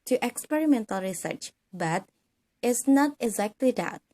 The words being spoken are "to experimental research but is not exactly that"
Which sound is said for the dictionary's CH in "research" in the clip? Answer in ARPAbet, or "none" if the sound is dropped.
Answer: CH